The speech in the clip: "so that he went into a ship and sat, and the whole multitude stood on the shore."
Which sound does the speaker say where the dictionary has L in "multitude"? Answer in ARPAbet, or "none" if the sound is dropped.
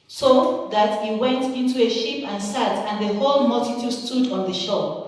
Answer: L